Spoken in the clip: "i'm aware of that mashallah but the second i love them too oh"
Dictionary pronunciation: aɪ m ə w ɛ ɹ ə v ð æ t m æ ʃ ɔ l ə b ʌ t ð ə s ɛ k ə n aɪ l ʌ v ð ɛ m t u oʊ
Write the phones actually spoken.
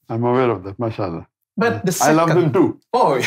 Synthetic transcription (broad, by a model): aɪ m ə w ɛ ɹ ə v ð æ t m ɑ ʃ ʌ l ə b ʌ t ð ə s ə ɪ l ʌ v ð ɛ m t u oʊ